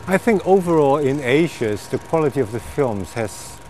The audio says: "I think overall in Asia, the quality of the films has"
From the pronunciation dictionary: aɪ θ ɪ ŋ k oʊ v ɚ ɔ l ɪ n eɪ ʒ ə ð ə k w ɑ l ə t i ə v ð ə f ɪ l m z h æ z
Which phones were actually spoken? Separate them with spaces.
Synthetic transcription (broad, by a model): aɪ θ ɪ ŋ k oʊ v ɚ ɔ l ɪ n eɪ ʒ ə ð ə k w ɑ l ə t i ə v ð ə f ɪ l m z h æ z